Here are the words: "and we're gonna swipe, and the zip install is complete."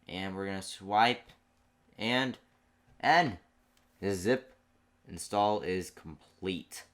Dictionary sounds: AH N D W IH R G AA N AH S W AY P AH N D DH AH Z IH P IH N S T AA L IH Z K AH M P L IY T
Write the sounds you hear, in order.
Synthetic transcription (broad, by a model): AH N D W IH R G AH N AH S W AY P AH N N DH AH Z IH P IH N S T AA L IH Z K M P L IY T